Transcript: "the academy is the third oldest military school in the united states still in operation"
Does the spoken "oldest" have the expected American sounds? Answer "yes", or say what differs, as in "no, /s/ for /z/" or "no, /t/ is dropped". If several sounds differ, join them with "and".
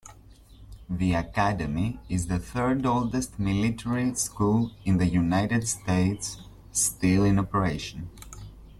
yes